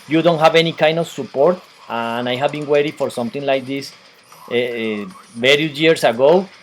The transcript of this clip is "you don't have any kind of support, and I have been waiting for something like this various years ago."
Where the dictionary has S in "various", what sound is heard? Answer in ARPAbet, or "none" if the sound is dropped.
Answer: none